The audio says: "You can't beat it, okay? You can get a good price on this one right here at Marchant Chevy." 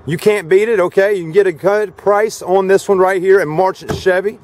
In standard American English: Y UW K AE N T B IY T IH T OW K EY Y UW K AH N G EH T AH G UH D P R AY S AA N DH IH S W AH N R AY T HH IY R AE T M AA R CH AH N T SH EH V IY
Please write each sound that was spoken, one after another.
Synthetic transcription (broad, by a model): Y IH K AE N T B IY T IH T OW K EY Y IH K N G EH T AH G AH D P R AY S N DH IH S W AH N R AY T HH IY R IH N M AA R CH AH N SH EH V IY